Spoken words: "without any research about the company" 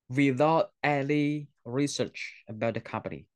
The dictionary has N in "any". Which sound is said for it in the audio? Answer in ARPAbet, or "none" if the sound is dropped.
L